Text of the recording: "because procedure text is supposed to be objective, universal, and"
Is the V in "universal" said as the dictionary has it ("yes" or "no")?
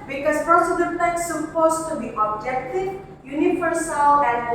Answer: no